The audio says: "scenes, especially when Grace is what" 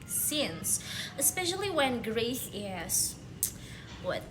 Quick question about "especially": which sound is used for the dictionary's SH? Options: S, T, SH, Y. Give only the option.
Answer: SH